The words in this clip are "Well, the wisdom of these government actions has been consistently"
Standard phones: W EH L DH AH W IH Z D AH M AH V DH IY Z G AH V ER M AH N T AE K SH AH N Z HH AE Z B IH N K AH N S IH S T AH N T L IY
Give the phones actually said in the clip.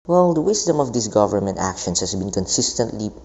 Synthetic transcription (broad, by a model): W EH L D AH W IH S D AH M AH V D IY S G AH V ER M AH N T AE K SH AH N S HH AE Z B IH N K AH N S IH S T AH N T L IY